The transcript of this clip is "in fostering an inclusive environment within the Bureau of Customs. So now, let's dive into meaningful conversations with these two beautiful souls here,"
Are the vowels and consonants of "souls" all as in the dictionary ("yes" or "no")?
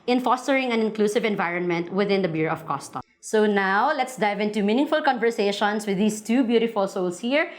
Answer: no